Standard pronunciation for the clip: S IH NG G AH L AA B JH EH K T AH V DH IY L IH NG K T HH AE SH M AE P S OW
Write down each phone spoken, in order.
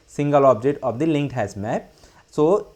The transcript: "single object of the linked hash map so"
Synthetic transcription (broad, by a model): S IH NG G AH L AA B JH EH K T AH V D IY L IH NG K T HH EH S M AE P S OW